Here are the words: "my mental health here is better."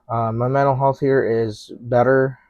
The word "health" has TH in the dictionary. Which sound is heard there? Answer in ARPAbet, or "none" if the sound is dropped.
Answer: TH